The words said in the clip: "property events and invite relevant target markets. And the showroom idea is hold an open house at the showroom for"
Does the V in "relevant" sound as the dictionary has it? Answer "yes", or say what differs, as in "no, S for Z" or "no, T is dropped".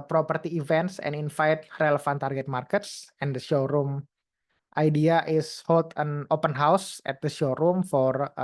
no, F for V